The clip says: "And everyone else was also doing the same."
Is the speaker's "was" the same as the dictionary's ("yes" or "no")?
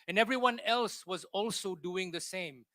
yes